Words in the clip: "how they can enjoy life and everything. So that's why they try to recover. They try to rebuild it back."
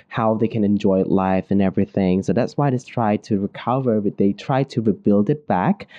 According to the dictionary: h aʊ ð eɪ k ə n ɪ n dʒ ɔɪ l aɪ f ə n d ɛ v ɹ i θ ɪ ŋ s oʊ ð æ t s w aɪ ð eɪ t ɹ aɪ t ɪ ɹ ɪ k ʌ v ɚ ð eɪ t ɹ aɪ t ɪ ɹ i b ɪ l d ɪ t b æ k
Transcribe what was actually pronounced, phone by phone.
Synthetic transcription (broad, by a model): h aʊ ð eɪ k ə n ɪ n dʒ ɔɪ l aɪ f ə n ɛ v ɹ i θ ɪ ŋ s oʊ ð æ t s w aɪ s t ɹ aɪ t ɪ ɹ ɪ k ʌ v ɚ ð eɪ t ɹ aɪ t ɪ ɹ i b ɪ l d ɪ t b æ k